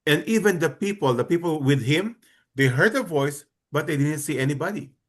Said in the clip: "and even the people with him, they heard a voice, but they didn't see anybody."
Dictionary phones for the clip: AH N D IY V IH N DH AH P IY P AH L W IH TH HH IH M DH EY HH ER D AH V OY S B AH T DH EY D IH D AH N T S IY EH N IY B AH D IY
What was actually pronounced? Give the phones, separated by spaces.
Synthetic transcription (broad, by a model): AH N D IY P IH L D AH P IY P AH L W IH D HH IH M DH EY HH ER D AH V OY S B AH T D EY D IH D AH N T S IY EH N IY B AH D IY